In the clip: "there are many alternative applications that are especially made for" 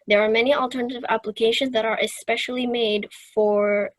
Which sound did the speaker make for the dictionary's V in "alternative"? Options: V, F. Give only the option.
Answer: V